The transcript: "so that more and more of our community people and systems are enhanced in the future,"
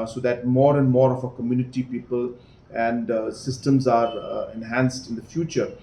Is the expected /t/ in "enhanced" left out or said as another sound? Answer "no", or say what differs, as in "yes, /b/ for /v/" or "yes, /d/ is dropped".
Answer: no